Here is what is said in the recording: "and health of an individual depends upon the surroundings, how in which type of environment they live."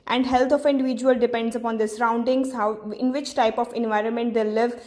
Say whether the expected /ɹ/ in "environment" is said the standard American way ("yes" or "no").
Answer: yes